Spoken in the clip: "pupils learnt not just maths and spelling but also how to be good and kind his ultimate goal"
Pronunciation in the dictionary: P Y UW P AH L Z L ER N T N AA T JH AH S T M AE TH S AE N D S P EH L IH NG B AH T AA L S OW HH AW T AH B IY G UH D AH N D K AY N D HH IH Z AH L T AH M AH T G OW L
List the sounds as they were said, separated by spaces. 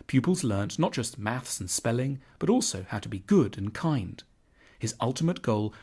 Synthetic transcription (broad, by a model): P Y UW P L Z L ER N N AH T JH AH S T M AE TH S N S P EH L IH NG B AH T AA L S OW HH AW T AH B IY G UH D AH N K AY N D HH IH Z AH L T AH M AH T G OW L